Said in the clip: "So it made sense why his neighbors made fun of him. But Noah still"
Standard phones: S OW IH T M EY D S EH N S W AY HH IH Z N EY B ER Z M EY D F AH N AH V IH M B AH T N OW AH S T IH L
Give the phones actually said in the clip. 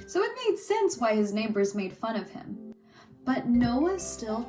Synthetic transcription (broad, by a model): S OW IH T M EY D S EH N S W AY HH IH Z N EY B ER Z M EY D F AH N AH V IH M B AH T N OW AH S T IH L